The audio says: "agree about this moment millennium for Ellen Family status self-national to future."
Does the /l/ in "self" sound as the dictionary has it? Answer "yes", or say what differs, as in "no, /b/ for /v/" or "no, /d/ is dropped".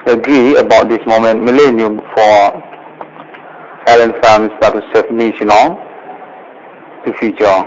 no, /l/ is dropped